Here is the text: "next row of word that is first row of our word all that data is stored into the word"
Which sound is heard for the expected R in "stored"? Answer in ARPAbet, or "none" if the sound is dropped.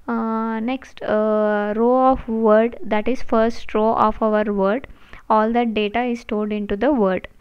L